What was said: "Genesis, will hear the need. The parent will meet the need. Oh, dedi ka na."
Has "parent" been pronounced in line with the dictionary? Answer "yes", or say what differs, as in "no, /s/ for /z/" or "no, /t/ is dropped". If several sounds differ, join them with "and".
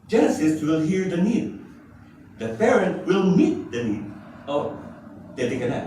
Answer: no, /f/ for /p/